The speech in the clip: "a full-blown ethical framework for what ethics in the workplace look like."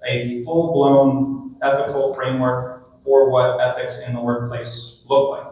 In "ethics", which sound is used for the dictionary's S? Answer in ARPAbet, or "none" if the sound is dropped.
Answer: S